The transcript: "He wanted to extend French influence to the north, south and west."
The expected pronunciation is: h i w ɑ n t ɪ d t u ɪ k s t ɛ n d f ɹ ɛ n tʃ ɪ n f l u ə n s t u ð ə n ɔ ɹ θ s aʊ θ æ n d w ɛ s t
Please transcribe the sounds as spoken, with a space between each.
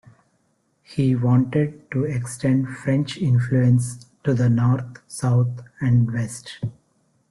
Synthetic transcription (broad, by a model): h i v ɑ n t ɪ d t u ɪ k s t ɛ n d f ɹ ɛ n tʃ ɪ n f l u ə n s t u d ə n ɔ ɹ t s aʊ t æ n d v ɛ s t